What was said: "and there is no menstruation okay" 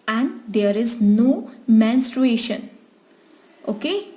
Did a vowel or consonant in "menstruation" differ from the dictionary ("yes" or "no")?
no